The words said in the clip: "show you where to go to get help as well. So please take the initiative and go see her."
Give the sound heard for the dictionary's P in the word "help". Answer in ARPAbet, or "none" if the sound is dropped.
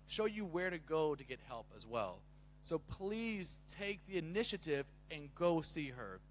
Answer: P